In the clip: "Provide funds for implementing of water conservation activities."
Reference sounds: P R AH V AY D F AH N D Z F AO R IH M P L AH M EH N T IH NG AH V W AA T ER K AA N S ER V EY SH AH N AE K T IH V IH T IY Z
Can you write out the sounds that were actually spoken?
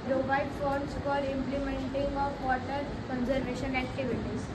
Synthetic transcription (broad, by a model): P R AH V AY D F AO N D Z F AO L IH M P L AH M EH N T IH NG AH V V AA T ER K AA N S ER V EY SH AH N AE K T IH V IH T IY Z